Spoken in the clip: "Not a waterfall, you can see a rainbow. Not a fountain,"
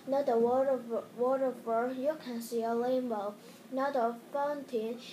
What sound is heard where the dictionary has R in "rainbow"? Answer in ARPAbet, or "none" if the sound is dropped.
L